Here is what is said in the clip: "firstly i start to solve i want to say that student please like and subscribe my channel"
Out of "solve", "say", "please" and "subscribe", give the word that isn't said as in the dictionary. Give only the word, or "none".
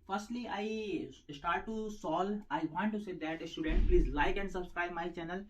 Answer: solve